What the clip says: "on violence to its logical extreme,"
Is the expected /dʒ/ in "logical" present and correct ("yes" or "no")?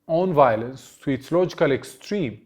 yes